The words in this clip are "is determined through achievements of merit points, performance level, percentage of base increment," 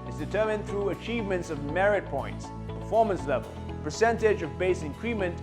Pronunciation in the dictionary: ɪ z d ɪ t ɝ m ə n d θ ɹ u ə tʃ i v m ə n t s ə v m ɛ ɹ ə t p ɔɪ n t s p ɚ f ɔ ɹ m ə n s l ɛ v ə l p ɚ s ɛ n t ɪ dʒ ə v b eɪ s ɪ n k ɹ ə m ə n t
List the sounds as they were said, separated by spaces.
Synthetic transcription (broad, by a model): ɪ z d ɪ t ɝ m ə n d θ ɹ u ə tʃ i v m ə n t s ə v m ɛ ɹ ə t p ɔɪ n t s p ɚ f ɔ ɹ m ə n s l ɛ v ə l p ɚ s ɛ n t ɪ dʒ ə v b eɪ s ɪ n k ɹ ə m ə n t